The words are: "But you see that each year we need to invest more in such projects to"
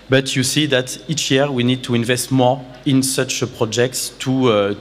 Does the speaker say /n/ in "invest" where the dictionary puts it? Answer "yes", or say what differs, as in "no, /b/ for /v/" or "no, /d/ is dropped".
yes